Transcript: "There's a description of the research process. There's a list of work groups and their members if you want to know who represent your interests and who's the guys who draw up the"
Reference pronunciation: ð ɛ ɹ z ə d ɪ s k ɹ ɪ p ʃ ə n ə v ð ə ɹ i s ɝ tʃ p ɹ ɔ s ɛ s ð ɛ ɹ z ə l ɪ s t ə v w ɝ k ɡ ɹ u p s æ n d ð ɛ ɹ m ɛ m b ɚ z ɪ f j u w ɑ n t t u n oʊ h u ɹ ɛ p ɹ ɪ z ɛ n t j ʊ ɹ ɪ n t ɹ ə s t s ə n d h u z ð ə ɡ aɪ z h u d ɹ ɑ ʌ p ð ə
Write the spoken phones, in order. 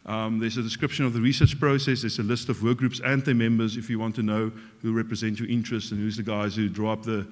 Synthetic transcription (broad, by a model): ð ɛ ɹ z ə d ɪ s k ɹ ɪ p ʃ ə n ə v ð ə ɹ i s ɝ tʃ p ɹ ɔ s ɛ s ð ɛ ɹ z ə l ɪ s t ə v w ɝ k ɡ ɹ u p s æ n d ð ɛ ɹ m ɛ m b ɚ z ɪ f j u w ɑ n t t u n oʊ h u ɹ ɛ p ɹ ɪ z ɛ n t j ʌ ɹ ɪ n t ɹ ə s t s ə n h u z ð ə ɡ aɪ z h u d ɹ ɑ ʌ p ð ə